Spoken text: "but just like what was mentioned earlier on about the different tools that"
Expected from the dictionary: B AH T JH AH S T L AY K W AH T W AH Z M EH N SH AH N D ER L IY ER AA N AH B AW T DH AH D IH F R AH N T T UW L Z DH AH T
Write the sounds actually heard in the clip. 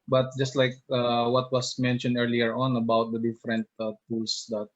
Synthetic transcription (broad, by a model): B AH T JH AH S T L AY K W AH T W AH S M EH N SH AH N D ER L IY ER AA N AH B AW T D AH D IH F R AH N T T UW L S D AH T